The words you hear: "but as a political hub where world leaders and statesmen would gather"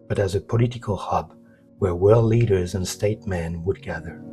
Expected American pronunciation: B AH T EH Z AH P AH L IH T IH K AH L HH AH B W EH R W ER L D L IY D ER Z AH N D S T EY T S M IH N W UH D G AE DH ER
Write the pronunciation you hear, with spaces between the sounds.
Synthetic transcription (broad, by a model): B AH T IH Z AH P AH L IH T IH K AH L HH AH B W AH R W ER L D L IY D ER Z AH N S T EY T M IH N W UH D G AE DH ER